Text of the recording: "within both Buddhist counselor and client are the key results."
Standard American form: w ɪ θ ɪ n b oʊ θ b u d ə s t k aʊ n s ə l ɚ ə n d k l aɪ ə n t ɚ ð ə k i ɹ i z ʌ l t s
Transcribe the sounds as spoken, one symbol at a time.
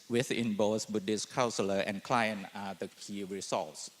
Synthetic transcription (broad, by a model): w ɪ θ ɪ n b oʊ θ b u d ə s k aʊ n s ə l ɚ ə n k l aɪ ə n ɑ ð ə k i ɹ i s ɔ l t s